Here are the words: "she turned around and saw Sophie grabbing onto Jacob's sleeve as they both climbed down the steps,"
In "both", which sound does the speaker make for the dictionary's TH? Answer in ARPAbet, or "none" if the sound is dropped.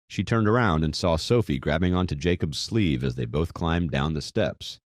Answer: TH